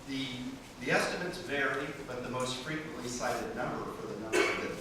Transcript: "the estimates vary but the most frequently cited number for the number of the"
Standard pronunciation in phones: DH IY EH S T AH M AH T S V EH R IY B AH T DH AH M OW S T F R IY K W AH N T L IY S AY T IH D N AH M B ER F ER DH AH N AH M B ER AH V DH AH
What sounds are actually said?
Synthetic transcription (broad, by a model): DH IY EH S T AH M AH T S V EH R IY B AH T DH AH M OW S T F R IY K W AH N T L IY S AY T IH D N AH M B ER F ER DH AH N AH M B ER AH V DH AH